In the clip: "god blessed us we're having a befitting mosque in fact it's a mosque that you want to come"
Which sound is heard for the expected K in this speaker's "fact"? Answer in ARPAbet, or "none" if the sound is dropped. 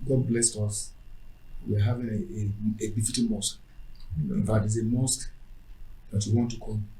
none